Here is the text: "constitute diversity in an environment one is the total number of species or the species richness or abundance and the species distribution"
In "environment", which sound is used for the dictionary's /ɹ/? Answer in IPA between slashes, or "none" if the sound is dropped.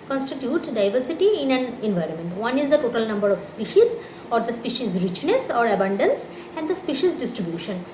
/ɹ/